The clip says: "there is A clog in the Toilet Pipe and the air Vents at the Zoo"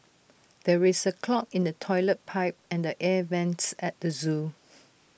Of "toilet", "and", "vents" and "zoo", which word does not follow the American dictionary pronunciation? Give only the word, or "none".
none